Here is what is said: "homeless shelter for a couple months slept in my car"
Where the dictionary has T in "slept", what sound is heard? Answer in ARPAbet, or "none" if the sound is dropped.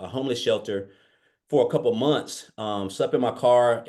none